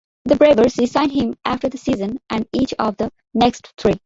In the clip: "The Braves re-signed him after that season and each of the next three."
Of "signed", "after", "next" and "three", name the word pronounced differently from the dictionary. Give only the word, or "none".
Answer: three